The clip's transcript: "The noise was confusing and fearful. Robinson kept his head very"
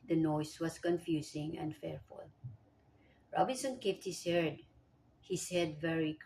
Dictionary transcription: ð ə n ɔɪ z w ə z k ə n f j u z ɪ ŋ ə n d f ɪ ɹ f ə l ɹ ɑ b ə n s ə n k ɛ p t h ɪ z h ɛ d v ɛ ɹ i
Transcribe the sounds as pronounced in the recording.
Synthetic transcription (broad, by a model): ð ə n ɔɪ s w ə s k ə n f j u s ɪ ŋ ə n d f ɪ ɹ f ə l ɹ ɑ b ə n s ə n k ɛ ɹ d h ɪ s h ɛ d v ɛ ɹ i